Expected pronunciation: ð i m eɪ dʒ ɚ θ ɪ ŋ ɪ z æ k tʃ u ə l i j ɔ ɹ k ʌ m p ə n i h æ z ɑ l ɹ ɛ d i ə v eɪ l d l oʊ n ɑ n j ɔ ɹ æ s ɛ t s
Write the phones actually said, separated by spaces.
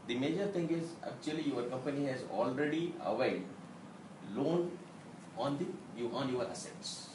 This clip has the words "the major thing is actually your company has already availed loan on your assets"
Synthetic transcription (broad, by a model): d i m eɪ dʒ ɚ t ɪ ŋ ɪ z æ k tʃ u ə l i j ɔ ɹ k ʌ m p ə n i h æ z ɑ l ɹ ɛ d i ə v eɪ d l oʊ n ɑ n j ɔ ɹ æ s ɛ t s